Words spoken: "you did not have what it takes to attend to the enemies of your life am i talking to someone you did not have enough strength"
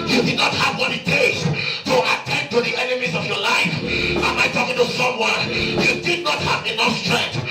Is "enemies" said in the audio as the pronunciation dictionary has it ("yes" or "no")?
yes